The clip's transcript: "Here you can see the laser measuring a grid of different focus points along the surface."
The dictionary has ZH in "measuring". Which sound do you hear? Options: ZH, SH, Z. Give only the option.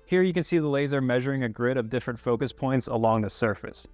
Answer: ZH